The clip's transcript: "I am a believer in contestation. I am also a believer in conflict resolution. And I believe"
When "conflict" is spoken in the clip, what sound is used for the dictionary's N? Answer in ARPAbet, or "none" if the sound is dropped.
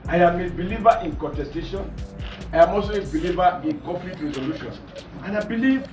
none